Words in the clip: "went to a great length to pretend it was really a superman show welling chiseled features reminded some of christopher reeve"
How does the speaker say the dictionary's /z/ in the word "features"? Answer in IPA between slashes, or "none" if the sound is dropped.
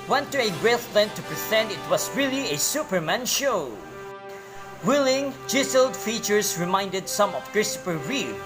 /s/